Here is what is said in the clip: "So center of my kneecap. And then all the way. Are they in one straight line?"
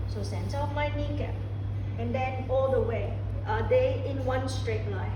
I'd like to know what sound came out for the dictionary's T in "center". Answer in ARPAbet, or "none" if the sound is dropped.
S